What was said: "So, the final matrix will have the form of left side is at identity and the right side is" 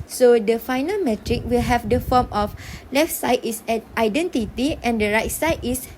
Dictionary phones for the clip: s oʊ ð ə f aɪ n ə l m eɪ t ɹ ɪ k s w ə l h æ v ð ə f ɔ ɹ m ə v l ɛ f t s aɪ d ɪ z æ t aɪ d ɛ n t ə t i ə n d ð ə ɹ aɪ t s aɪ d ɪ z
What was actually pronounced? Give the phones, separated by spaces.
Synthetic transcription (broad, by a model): s oʊ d ə f aɪ n ə l m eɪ t ɹ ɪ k w ə l h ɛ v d ə f ɔ m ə f l ɛ f t s aɪ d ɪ s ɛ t aɪ d ɛ n t ə t i ə n d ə ɹ aɪ t s aɪ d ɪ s